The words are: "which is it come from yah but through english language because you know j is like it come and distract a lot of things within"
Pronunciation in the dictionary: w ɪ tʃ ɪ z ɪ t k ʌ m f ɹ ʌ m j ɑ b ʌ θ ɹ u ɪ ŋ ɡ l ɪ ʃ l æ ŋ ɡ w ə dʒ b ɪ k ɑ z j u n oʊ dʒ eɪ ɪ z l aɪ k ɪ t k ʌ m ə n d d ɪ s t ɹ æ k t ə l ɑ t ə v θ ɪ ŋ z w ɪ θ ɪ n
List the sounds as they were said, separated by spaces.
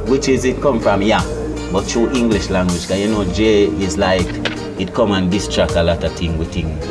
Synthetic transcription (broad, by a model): w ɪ tʃ ɪ z ɪ t k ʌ m f ɹ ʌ m j ɑ b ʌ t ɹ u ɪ ŋ ɡ l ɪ ʃ l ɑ ŋ ɡ w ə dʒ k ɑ j u n oʊ dʒ eɪ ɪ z l aɪ k ɪ t k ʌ m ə n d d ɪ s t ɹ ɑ k ə l ɑ t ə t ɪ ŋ w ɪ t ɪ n